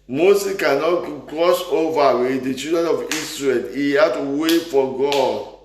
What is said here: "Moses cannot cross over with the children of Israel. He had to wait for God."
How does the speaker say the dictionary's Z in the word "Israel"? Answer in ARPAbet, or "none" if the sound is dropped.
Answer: S